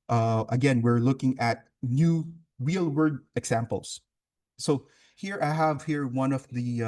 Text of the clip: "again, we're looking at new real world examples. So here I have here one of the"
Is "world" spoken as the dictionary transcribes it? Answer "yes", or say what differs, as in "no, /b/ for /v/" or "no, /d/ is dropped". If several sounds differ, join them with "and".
no, /l/ is dropped